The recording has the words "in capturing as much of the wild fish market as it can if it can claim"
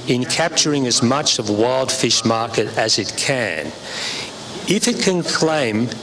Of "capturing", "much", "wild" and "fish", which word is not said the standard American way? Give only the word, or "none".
none